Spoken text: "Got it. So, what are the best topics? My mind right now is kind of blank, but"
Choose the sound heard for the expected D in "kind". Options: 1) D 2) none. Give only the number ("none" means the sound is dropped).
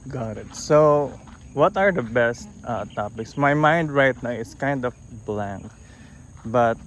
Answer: 1